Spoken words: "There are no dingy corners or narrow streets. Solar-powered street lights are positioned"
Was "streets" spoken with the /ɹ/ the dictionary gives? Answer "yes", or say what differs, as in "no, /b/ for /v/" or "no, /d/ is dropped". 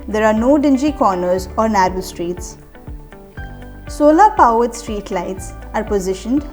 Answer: yes